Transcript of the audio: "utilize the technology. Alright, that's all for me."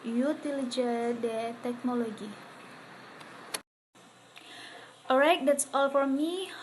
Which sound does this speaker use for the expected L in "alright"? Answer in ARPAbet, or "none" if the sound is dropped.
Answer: none